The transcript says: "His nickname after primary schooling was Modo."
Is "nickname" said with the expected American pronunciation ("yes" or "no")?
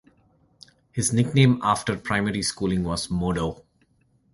yes